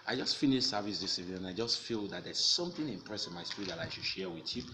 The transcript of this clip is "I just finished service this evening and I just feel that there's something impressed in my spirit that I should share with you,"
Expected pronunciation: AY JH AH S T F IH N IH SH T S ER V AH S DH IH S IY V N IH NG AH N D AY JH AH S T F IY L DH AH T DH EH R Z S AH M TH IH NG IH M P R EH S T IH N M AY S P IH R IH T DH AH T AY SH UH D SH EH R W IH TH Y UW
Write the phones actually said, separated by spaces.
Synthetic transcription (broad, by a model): AY JH AH S T F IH N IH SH S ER V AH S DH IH S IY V IH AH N AY JH AH S T F IY L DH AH T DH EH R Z S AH M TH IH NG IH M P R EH S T IH N M AY S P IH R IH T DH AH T AY SH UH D SH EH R W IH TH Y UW